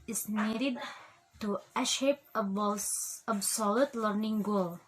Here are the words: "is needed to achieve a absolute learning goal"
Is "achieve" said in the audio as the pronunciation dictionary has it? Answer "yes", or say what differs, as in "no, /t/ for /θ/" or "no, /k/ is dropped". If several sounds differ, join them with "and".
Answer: no, /ʃ/ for /tʃ/ and /p/ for /v/